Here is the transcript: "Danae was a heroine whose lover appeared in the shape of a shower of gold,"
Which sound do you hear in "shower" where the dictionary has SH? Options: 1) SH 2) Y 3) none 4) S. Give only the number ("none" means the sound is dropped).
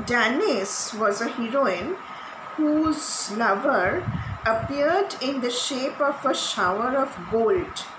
1